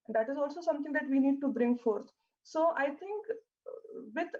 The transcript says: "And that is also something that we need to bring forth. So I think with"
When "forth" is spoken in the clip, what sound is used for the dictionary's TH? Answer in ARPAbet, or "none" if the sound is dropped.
T